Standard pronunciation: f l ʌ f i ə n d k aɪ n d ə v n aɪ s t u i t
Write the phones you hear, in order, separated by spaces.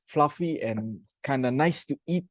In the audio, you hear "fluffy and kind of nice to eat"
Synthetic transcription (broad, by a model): f l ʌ f i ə n k aɪ n d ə n aɪ s t u i t